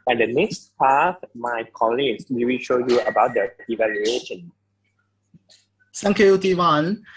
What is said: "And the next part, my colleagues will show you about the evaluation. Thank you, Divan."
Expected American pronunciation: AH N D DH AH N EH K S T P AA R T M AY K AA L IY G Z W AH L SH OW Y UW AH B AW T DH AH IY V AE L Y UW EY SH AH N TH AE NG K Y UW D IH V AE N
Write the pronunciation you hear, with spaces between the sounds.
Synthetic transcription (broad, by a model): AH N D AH N EH K S T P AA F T M AY K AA L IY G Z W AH W SH OW Y UW AH B AW T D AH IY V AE L Y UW EY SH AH N S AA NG K Y UW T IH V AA N